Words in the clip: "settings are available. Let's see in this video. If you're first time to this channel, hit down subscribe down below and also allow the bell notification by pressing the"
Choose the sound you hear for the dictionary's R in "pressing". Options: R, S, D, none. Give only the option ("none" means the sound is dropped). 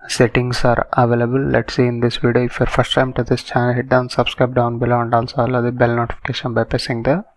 none